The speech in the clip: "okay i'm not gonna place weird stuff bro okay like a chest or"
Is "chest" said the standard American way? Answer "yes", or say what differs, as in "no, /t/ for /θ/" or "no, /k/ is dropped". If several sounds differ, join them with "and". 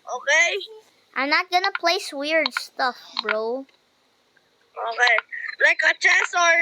no, /t/ is dropped